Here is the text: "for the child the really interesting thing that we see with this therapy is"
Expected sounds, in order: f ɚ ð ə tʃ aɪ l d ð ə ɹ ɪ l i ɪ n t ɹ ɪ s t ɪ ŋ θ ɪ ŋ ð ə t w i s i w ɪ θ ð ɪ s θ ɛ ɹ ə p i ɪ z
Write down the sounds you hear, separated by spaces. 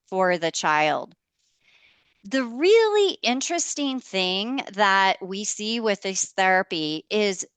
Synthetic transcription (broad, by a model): f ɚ ð ə tʃ aɪ l d ð ə ɹ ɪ l i ɪ n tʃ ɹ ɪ s t ɪ ŋ θ ɪ ŋ ð ə t w i s i w ɪ ð ɪ s θ ɛ ɹ ə p i ɪ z